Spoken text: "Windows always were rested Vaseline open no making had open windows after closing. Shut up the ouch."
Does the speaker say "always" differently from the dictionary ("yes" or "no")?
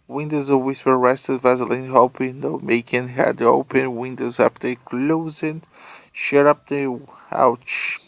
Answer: yes